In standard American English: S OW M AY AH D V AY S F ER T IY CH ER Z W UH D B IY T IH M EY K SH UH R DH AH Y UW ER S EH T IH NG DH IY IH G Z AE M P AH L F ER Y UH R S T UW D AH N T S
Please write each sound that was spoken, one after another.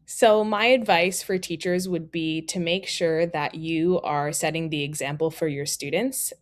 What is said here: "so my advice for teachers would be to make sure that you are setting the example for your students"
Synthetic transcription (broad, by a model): S OW M AY AH D V AY S F ER T IY CH ER Z W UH D B IY T IH M EY K SH UH R DH AH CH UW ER S EH T IH NG DH IY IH G Z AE M P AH L F ER Y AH R S T UW D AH N T S